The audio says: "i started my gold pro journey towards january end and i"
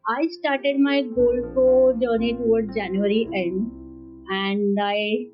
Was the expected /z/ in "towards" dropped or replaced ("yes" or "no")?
yes